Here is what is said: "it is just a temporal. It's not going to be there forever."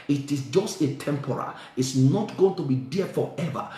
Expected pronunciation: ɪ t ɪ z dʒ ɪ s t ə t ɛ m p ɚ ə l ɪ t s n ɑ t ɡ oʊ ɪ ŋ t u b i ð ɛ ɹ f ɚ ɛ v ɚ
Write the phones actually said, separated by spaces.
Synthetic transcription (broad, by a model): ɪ t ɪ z dʒ ɪ s t ə t ɛ m p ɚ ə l ɪ t s n ɑ t ɡ oʊ ɪ ŋ t u b i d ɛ f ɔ ɛ v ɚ